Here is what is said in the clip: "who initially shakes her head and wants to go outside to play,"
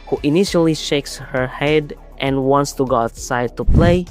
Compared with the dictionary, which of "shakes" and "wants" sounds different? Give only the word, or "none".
none